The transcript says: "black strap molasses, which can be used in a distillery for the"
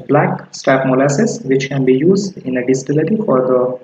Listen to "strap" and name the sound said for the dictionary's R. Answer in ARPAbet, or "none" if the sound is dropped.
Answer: none